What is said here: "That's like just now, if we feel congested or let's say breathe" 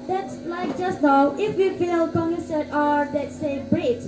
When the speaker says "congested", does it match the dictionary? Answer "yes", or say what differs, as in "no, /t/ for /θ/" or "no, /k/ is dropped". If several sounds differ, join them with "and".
no, /s/ is dropped